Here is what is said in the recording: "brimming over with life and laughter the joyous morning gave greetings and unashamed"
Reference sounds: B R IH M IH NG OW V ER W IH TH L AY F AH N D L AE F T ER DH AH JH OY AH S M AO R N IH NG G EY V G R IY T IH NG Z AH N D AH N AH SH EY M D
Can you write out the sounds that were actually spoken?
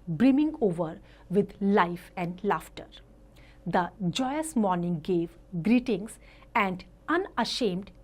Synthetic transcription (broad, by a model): B R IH M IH NG OW V ER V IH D L AY F AH N D L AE F T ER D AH JH OY AH S M AO R N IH NG G EY V G R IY T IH NG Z AH N D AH N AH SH EY M D